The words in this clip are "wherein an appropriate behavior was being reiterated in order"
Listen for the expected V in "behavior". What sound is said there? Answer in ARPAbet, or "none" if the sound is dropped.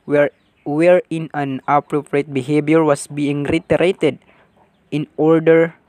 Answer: B